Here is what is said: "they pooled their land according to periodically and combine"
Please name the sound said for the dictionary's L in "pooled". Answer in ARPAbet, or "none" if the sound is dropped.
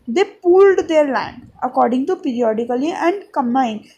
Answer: L